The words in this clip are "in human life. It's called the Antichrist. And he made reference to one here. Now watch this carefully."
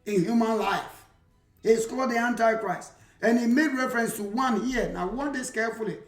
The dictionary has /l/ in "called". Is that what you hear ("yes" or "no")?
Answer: no